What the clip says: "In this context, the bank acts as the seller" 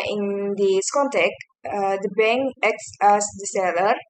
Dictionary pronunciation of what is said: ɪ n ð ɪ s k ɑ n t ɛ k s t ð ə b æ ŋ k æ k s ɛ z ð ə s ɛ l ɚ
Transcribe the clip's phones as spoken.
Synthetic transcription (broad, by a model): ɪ n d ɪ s k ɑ n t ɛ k t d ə b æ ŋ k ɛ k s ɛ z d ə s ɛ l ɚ